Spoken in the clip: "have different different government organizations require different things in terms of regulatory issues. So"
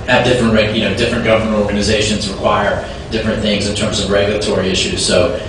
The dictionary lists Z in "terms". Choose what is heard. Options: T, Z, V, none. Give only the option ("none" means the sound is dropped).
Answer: Z